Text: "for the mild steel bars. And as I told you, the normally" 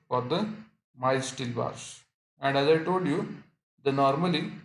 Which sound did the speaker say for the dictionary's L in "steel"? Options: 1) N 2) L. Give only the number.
2